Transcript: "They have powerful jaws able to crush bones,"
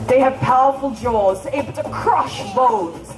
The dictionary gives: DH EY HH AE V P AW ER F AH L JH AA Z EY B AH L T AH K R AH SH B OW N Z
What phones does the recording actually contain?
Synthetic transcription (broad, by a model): DH EY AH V P AW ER F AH L JH AA Z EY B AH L T AH K R AH SH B OW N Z